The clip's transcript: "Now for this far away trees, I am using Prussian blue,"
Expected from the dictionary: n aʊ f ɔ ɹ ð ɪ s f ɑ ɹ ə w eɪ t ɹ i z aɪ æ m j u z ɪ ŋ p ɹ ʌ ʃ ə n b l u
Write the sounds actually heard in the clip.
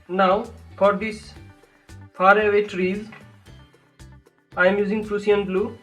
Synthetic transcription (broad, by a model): n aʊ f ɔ ɹ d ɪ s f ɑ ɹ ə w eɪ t ɹ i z aɪ m j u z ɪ ŋ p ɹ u s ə n b l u